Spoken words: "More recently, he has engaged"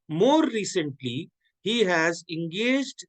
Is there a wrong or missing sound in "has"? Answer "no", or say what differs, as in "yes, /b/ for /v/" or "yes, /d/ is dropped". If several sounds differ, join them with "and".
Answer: no